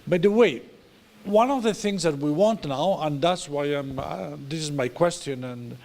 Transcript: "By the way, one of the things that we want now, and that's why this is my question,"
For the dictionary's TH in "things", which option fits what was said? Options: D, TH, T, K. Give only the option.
TH